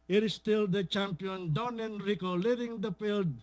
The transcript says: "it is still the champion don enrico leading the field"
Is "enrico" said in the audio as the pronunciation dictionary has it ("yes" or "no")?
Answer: yes